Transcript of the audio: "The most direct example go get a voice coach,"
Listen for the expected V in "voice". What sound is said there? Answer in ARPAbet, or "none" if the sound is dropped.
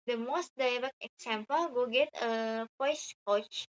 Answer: P